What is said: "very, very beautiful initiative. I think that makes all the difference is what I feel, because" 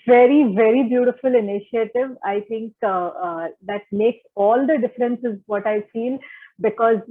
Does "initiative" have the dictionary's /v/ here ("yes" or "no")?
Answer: yes